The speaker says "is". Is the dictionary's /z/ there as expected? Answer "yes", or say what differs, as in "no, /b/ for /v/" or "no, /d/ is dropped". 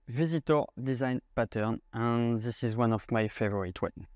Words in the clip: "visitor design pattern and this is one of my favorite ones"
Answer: yes